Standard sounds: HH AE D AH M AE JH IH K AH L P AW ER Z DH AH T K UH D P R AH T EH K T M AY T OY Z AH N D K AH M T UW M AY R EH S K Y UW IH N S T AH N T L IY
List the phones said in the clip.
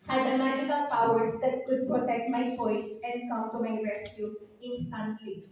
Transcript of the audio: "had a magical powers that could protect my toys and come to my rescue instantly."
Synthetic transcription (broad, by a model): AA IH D AH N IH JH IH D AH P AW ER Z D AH T K UH D P R AH T EH K T M AY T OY S AH N D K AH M T UW M AY R EH S K Y UW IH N S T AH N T L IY